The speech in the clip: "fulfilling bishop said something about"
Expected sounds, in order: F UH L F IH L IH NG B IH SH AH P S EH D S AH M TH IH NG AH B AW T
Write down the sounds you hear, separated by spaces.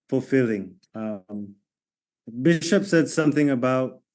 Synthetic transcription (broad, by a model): F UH L F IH L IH NG B IH SH AH P S EH D S AH M TH IH NG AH B AW T